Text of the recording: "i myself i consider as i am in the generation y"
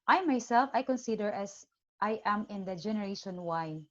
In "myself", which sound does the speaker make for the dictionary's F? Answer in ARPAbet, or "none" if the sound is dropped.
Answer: F